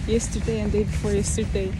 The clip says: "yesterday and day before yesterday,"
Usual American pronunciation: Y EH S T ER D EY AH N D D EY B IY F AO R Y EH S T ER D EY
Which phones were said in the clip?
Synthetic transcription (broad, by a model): Y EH S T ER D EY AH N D D EY B IY F AO R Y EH S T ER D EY